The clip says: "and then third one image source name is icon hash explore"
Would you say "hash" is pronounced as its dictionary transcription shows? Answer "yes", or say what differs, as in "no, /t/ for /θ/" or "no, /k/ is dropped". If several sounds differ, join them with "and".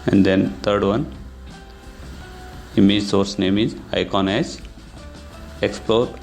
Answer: no, /s/ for /ʃ/